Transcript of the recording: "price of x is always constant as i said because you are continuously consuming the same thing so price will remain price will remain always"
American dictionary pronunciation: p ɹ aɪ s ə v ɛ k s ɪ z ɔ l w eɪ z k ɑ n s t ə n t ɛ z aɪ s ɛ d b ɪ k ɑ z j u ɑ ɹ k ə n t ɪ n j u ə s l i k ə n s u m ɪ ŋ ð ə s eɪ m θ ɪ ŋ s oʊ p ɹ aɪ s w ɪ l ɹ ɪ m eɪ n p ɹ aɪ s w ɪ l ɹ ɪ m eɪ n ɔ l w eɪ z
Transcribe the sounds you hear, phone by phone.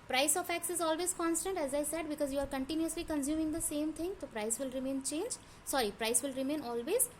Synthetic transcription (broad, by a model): p ɹ aɪ s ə f ɛ k s ɪ z ɔ l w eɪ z k ɑ n s t ə n t ɛ z aɪ s ɛ d b ɪ k ɑ z j u ɑ ɹ k ə n t ɪ n j u ə s l i k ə n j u m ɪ ŋ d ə s eɪ m t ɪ ŋ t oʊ p ɹ aɪ s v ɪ l ɹ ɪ m eɪ n p ɹ aɪ s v ɪ l ɹ ɪ m eɪ n ɔ l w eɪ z